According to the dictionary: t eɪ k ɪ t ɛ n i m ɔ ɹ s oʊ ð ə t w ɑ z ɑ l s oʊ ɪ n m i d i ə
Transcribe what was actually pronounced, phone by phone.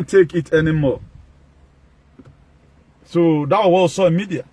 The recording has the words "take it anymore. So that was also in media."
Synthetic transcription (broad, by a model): t eɪ k ɪ t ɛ n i m ɔ s oʊ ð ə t w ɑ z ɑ w s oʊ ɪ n m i d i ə